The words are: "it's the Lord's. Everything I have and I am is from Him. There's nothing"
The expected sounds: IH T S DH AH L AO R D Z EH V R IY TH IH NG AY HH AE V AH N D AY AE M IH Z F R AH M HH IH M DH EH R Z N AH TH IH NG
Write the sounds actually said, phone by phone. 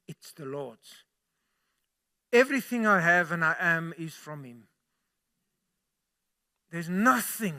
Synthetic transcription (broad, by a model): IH T S DH AH L AO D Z EH V R IY TH IH NG AY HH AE V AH N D AY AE M IH Z F R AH M HH IH M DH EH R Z N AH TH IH NG